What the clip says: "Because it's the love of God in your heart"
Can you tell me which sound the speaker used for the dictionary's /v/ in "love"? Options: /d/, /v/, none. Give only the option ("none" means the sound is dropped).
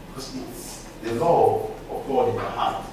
none